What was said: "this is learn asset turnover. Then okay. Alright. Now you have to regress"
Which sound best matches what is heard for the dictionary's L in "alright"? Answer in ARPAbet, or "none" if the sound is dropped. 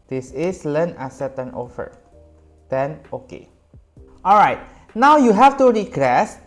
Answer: L